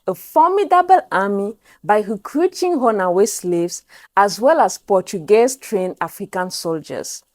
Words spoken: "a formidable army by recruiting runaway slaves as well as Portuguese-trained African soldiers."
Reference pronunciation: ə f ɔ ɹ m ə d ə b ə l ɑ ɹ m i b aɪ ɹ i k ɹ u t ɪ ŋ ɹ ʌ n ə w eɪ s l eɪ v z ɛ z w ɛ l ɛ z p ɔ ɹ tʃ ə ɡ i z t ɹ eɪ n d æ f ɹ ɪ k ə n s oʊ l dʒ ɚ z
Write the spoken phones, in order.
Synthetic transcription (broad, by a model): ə f ɔ m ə d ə b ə l ɑ m i b aɪ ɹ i k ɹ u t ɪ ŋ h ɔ n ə w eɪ s l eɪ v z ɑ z w ɛ l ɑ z p ɔ tʃ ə ɡ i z t ɹ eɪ n ɑ f ɹ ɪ k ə n s oʊ l dʒ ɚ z